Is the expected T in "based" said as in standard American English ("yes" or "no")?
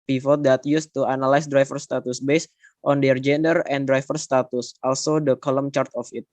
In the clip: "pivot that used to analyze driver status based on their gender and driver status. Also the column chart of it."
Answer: yes